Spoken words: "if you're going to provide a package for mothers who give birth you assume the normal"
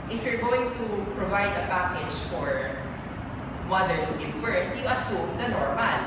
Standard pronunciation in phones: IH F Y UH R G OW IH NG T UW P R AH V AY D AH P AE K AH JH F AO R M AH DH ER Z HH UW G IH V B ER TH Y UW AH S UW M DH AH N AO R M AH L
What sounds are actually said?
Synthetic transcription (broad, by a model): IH F Y UH R G OW IH NG T UW P R AH V AY D AH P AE K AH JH F AO R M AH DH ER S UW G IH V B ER T Y UW AH S UW M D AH N AO R M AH L